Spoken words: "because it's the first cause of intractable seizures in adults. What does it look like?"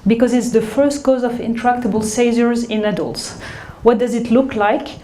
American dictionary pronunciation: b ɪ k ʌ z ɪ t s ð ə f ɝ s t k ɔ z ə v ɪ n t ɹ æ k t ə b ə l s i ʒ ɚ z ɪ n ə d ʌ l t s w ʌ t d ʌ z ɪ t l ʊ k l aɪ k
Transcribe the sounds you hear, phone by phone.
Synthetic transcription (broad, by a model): b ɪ k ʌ z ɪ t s ð ə f ɝ s t k ɔ z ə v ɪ n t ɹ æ k t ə b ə l s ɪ z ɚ z ɪ n ə d ʌ l t s w ʌ t d ʌ z ɪ t l ʊ k l aɪ k